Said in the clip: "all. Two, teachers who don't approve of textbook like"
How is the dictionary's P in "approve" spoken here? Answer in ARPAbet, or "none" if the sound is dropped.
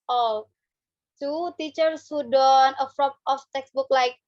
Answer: F